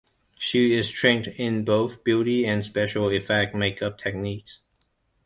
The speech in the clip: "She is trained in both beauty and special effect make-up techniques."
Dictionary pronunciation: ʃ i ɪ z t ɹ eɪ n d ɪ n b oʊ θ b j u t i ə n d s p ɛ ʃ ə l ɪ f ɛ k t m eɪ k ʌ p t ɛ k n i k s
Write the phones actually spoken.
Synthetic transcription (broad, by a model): ʃ i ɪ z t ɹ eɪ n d ɪ n b oʊ θ b j u t i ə n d s p ɛ ʃ ə l ɪ f ɛ k t m eɪ k ʌ p t ɛ k n i k s